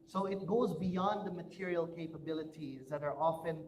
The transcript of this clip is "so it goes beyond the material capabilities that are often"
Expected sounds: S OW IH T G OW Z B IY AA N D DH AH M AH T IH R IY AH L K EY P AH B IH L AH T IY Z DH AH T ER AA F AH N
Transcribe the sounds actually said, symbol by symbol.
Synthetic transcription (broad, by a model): S OW IH T G OW Z B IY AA N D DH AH M AH T IH R IY AH L K EY P AH B IH L AH T IY Z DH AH T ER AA F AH N